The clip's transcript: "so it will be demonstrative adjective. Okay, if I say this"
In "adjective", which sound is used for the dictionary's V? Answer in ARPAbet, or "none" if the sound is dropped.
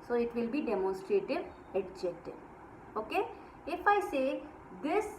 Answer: none